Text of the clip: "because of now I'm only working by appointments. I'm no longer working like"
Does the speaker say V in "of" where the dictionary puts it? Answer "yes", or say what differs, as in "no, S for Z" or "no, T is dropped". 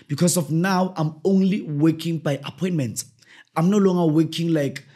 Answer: no, F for V